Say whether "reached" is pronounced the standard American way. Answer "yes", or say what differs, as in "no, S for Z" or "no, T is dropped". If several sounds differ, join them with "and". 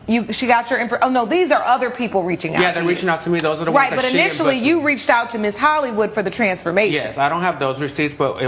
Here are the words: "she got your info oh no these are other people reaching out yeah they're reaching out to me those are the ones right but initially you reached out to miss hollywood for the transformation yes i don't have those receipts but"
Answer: yes